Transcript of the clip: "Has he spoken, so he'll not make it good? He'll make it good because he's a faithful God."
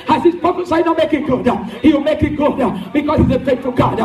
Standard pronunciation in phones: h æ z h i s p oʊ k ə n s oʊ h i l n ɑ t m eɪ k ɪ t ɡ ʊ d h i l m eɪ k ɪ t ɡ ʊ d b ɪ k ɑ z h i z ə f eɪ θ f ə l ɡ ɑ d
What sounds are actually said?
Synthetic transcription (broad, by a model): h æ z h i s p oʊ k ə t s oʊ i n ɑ m eɪ k ɪ t ɡ ʊ d h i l m eɪ k ɪ t ɡ ʊ d b ɪ k ɑ z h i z ə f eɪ t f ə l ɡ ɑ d